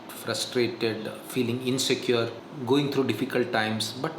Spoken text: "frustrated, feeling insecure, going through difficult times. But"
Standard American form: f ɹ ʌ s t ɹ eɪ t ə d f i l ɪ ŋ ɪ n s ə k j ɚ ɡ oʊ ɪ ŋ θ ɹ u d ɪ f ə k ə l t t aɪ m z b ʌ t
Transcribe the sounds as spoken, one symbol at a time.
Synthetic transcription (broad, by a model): f ɹ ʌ s t ɹ eɪ t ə d f i l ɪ ŋ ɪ n s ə k j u ɡ oʊ ɪ ŋ t ɹ u d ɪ f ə k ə l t t aɪ m s b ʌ t